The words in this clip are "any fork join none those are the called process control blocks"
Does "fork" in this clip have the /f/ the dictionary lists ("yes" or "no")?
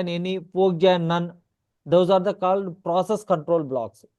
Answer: no